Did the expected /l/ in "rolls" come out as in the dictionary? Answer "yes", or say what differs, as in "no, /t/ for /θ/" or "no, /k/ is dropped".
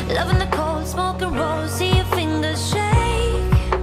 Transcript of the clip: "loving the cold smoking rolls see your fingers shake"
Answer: no, /l/ is dropped